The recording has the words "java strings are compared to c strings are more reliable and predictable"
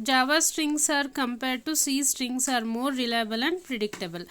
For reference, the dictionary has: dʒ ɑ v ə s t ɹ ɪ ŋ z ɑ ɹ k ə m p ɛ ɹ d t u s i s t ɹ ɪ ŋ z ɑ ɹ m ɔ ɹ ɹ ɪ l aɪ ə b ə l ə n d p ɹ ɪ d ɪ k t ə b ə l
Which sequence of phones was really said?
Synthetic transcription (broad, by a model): dʒ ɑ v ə s t ɹ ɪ ŋ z ɑ ɹ k ə m p ɛ ɹ d t u s i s t ɹ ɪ ŋ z ɑ ɹ m ɔ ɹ ɹ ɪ l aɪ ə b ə l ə n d p ɹ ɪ d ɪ k t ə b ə l